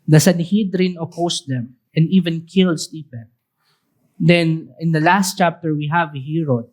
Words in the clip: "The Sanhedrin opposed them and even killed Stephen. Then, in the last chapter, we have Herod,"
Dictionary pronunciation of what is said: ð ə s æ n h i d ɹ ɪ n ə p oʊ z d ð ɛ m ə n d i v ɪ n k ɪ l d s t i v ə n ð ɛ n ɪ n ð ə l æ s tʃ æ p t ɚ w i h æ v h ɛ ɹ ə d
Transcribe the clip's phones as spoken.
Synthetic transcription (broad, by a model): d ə s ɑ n h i d ɹ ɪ n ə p oʊ s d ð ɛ m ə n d i v ɪ n k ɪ l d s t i p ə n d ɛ n ɪ n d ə l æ s tʃ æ p t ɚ w i h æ v h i ɹ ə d